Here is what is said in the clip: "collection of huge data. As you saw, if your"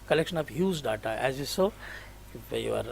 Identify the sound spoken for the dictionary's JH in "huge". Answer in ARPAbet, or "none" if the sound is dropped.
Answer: Z